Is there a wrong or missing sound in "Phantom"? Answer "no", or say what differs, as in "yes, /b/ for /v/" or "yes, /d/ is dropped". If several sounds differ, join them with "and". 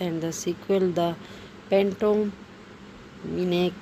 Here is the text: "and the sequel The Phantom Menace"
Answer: yes, /p/ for /f/